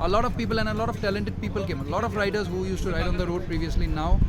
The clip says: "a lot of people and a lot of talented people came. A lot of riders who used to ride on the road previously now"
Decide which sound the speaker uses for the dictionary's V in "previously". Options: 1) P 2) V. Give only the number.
2